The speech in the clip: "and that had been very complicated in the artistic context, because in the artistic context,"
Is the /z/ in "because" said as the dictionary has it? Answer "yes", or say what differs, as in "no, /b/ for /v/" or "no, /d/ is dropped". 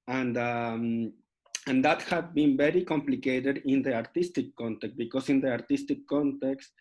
no, /s/ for /z/